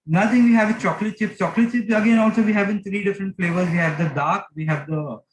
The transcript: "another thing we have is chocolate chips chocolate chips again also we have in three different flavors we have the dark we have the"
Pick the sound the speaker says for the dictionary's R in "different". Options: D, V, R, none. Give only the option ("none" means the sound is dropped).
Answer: R